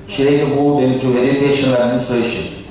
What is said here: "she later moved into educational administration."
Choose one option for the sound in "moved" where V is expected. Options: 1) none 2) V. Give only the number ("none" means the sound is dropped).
1